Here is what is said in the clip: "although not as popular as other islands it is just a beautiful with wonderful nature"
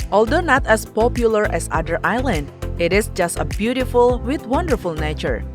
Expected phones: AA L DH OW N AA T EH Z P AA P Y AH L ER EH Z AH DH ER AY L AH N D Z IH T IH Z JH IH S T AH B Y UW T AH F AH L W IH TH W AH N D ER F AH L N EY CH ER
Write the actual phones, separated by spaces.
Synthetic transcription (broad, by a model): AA L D OW N AA T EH S P AA P Y AH L ER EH S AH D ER AY L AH N D IH T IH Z JH IH S T AH B Y UW T AH F AH L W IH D W AH N D ER F AH L N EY CH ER